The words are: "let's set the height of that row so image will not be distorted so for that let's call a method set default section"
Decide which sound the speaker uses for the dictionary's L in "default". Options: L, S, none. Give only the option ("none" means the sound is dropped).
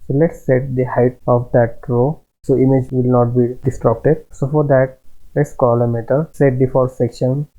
none